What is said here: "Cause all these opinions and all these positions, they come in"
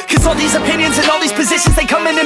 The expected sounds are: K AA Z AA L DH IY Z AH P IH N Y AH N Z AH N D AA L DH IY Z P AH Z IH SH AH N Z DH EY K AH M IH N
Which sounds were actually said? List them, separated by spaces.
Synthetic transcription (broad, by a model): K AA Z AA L DH IY Z AH P IH N Y AH N Z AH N AA L DH IY Z P AH Z IH SH AH N Z DH EY K AH M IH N